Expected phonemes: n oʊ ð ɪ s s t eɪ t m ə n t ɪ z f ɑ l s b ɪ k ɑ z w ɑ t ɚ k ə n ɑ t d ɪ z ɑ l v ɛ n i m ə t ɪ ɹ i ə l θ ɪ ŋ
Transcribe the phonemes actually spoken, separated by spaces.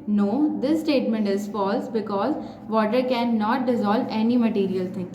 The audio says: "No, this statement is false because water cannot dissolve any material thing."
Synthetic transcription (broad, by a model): n oʊ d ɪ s s t eɪ t m ə n t ɪ z f ɑ l s b ɪ k ɑ z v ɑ t ɚ k ə n ɑ t d ɪ z ɑ l v ɛ n i m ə t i ɹ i ə l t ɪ ŋ